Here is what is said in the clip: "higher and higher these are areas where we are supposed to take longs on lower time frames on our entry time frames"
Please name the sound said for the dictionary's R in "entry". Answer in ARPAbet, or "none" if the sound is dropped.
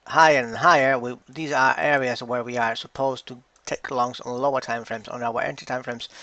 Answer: none